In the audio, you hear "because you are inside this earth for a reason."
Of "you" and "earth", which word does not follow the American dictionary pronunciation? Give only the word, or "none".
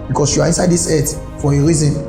earth